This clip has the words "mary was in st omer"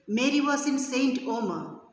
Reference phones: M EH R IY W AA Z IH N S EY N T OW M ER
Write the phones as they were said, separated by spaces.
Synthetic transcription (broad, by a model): M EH R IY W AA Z IH N S EY N T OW M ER